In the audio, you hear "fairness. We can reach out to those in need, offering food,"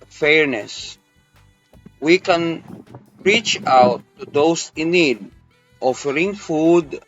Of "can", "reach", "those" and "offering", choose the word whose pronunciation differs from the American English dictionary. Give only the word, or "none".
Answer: those